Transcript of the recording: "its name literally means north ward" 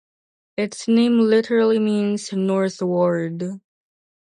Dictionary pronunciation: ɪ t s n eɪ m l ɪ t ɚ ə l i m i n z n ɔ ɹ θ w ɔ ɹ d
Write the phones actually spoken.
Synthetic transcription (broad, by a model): ɪ t s n eɪ m l ɪ t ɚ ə l i m i n z n ɔ ɹ θ w ɔ ɹ d